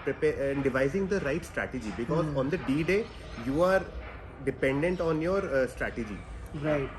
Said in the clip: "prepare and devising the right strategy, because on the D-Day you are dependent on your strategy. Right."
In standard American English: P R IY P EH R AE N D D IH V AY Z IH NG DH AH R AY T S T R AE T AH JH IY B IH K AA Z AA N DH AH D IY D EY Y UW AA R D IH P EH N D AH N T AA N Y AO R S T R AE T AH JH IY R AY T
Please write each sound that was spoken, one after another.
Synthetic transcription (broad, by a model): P R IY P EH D D IH V AY Z IH NG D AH R AY T S T R AE T AH JH IY B IH K AA Z AA N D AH D IY D EY Y UW AA R D IH P EH N D AH N T AA N Y AO R S T R AE T AH JH IY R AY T